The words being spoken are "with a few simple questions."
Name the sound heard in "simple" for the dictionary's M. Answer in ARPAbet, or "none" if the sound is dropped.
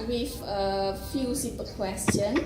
none